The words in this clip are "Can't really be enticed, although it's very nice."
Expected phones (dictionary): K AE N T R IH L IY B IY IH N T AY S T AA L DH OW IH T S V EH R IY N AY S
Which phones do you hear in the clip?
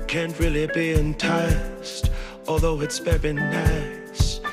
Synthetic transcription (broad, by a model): K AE N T R IH L IY B IY IH N T AY S T AA L DH OW IH T S B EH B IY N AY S